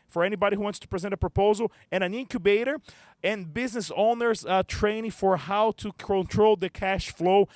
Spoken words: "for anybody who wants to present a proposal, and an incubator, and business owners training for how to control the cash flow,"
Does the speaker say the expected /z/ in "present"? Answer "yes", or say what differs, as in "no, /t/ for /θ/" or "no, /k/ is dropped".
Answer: yes